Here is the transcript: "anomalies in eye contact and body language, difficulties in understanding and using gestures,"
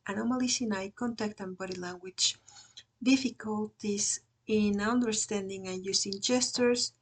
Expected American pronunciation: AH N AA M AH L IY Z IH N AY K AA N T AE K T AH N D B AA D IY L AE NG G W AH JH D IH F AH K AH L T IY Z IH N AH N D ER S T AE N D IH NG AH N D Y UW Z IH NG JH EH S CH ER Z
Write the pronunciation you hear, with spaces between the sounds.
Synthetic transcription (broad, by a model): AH N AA M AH L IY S IH N AY K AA N T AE K T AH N B AA D IY L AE NG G W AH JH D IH F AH K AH L T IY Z IH N AH N D ER S T AE N D IH NG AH N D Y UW S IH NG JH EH S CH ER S